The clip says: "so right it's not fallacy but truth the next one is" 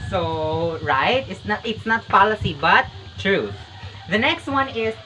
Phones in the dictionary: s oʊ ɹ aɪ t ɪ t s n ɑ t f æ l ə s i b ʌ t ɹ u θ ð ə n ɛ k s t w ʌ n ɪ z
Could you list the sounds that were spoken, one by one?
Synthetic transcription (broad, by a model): s oʊ ɹ aɪ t ɪ t s n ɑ t p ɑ l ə s i b ʌ t ɹ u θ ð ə n ɛ k s t w ʌ n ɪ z